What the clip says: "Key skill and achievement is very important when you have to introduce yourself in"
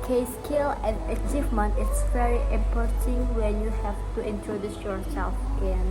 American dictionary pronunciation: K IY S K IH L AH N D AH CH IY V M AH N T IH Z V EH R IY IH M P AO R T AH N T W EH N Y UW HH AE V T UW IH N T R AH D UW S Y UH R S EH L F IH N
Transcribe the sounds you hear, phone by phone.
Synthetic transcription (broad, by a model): K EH S K IH L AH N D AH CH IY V M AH N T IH S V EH R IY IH M P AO R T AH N W EH N Y UW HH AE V T UW IH N T R AH D UW S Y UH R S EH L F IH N